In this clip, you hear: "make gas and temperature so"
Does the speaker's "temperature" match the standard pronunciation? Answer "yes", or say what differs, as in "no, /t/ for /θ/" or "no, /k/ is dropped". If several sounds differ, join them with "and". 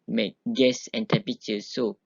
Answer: no, /m/ is dropped and /ɹ/ is dropped